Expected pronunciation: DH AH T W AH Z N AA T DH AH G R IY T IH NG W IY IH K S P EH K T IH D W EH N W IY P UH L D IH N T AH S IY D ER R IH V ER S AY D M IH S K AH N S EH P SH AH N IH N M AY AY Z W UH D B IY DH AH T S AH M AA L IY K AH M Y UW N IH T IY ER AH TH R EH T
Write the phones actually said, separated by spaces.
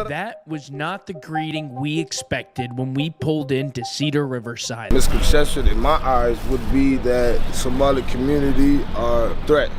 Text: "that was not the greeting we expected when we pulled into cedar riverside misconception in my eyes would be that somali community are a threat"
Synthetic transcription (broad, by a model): DH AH T W AH Z N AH T DH AH G R IY T IH NG W IY IH K S P EH K T IH D W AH N W IY P UH L D IH N T AH S IY D ER R IH V ER S AY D M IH S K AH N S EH SH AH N IH N M AY AY Z W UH D B IY DH AH T S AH M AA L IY K AH M Y UW N IH T IY ER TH R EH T